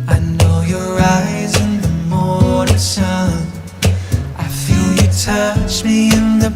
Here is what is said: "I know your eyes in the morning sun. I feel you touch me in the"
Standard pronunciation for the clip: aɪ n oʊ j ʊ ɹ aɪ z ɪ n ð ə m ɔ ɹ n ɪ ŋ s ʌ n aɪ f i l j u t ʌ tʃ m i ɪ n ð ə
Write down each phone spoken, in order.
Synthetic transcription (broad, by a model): aɪ n oʊ j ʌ ɹ aɪ z ɪ n ð ə m ɔ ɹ ɪ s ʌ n aɪ f i l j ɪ t ʌ tʃ m i ɪ n ð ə